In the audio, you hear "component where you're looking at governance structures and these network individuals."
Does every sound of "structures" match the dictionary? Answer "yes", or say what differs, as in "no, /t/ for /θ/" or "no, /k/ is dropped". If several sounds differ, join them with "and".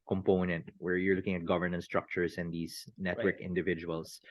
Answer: no, /s/ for /z/